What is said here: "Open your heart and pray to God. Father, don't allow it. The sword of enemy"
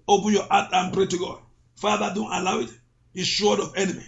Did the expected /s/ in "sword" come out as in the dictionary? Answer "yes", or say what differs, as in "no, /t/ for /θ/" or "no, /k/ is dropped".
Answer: no, /ʃ/ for /s/